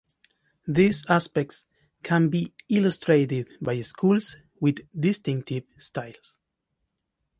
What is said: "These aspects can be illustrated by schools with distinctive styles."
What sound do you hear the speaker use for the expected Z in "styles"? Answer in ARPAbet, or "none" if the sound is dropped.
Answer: S